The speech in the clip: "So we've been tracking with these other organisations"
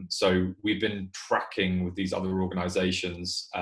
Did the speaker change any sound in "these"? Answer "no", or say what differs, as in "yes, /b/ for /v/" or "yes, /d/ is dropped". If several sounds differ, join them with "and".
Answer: no